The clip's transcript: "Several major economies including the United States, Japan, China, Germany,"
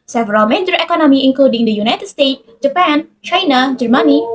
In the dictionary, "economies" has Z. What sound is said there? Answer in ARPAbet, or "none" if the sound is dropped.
none